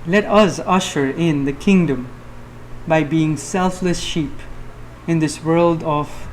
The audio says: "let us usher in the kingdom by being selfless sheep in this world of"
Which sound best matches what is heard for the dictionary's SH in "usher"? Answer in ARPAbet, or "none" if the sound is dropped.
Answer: SH